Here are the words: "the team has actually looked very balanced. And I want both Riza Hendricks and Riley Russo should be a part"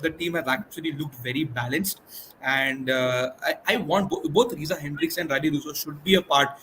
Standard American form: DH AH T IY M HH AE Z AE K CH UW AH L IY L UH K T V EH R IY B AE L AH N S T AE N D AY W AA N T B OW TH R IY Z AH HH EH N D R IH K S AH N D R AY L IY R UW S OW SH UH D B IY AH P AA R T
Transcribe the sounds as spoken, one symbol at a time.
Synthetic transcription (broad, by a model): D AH T IY M HH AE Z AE K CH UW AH L IY L UH K T V EH R IY B AE L AH N S T AE N D AY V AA N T B OW T R IY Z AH HH EH N D R IH K S AH N D R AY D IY R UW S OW SH UH D B IY AH P AA R T